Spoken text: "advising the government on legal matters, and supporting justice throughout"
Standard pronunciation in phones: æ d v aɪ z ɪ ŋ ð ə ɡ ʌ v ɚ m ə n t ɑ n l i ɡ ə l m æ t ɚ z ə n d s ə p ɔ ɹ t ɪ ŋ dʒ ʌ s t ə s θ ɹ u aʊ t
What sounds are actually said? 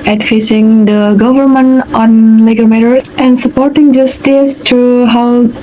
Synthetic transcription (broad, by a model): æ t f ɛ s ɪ ŋ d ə ɡ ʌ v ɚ m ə n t ɑ n l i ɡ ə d m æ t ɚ ə n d s ə p ɔ ɹ t ɪ ŋ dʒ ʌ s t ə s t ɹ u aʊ